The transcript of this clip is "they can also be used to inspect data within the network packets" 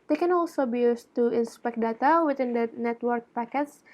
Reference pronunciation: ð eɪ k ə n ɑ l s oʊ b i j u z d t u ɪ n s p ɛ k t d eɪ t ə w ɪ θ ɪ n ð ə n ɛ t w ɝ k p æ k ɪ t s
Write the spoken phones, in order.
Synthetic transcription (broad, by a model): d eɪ k ə n ɑ l s oʊ b i j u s t u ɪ n s p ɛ k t d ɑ t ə w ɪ t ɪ n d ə n ɛ t w ɝ k p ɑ k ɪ t s